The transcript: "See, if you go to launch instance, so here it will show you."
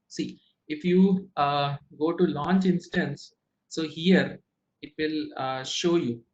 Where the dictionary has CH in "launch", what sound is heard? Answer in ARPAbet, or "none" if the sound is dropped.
CH